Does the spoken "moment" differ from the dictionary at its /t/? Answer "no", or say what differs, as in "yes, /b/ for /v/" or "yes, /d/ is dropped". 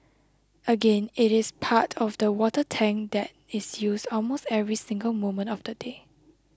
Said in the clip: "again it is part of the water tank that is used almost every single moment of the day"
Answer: no